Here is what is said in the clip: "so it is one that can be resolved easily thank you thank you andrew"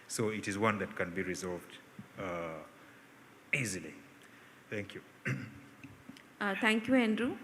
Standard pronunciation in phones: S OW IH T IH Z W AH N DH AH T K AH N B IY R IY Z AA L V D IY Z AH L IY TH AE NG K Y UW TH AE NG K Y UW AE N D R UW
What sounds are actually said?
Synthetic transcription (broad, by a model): S OW IH T IH Z W AH N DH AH T K AH N B IY R IY Z AA L V D IY Z AH L IY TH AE NG K Y UW T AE NG K Y UW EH N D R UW